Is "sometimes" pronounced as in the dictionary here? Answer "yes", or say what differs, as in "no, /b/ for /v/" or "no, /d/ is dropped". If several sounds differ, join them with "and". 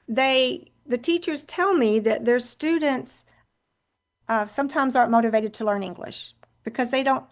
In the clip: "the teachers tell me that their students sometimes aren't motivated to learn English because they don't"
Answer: yes